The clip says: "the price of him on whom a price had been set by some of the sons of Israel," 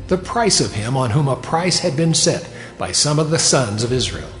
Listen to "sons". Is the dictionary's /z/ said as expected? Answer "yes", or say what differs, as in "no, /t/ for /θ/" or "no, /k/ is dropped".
yes